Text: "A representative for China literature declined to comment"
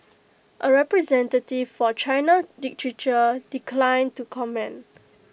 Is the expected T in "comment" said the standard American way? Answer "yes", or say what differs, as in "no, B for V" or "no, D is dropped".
no, T is dropped